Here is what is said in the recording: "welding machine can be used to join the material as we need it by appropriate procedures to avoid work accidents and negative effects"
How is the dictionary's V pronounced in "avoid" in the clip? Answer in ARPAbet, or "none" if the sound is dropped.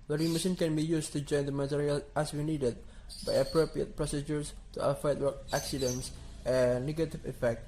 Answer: F